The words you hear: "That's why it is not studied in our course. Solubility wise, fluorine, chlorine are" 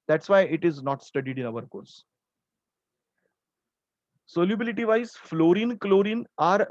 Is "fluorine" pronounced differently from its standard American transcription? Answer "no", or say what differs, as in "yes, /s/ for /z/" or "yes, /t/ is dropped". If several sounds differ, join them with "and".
no